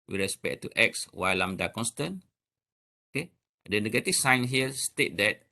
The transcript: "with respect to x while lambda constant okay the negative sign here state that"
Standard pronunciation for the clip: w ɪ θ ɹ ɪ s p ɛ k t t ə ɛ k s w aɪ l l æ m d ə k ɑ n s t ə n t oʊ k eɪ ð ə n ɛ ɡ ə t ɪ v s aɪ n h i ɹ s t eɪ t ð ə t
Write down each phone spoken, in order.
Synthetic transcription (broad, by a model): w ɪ ɹ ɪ s p ɛ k t t ɛ k s w aɪ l l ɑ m d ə k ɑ n s t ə n oʊ k eɪ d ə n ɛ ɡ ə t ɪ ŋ s aɪ n h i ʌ s t eɪ t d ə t